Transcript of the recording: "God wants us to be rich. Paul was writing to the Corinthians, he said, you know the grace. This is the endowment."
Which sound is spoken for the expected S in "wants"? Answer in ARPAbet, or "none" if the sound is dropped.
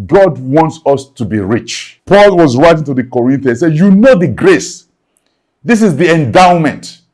S